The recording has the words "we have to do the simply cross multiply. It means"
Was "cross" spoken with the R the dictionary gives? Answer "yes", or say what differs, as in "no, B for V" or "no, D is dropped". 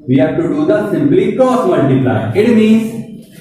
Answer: no, R is dropped